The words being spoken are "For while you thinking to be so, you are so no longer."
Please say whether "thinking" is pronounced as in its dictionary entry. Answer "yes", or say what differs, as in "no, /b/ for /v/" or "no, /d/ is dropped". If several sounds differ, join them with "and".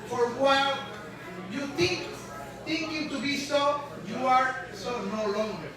no, /t/ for /θ/